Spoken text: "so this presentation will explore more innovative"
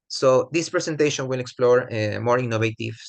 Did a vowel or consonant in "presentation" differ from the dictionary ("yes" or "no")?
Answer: yes